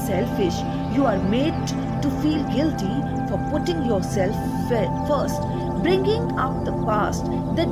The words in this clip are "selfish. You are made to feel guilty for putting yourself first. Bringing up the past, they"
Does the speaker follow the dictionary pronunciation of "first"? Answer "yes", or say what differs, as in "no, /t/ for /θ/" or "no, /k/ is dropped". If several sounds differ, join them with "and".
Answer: yes